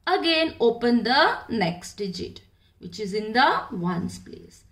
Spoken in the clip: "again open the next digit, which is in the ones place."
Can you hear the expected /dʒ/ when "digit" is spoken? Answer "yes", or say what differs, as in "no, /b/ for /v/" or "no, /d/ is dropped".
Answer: yes